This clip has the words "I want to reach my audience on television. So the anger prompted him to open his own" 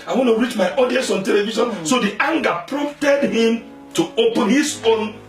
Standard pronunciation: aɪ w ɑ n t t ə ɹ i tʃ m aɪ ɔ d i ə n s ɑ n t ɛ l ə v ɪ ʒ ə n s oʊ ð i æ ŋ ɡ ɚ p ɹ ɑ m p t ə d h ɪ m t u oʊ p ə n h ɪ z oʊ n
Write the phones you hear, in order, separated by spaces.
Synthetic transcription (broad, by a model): aɪ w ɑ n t t ə ɹ i tʃ m aɪ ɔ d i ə s ɑ n t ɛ l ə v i ʃ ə n s oʊ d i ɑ ŋ ɡ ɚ p ɹ ɑ m p t ə d h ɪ m t u oʊ p ə n h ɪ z oʊ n